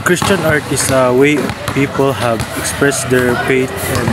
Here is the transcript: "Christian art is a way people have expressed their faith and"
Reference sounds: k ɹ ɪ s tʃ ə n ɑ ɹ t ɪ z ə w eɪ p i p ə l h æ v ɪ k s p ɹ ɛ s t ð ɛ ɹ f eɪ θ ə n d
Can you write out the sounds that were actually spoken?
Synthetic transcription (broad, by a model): k ɹ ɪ s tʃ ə n ɑ ɹ t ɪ s ə w eɪ p i p ə l h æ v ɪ k s p ɹ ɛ s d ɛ ɹ p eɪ t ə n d